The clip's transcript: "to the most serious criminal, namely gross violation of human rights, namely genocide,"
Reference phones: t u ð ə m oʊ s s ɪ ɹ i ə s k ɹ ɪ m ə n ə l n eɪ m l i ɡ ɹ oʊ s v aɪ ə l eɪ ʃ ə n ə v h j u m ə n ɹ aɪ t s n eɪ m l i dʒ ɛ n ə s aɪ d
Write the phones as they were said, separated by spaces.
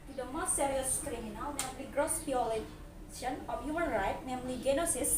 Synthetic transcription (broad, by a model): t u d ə m oʊ s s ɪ ɹ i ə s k ɹ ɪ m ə n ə l n eɪ m l i ɡ ɹ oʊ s b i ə l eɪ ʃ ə n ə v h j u m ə n ɹ aɪ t n eɪ m l i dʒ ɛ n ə s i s